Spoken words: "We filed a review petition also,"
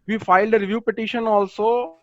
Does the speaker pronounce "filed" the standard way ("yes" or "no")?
yes